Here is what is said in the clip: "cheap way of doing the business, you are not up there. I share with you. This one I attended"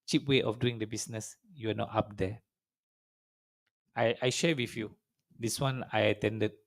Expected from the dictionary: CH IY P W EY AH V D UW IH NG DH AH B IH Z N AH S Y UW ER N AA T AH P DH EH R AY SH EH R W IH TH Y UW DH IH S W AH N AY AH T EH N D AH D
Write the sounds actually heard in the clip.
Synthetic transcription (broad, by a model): CH IY P W EY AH F D UW IH NG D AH B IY S N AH S Y UW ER N AA T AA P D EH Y AY SH EH W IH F Y UW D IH S W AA N AY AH T EH N D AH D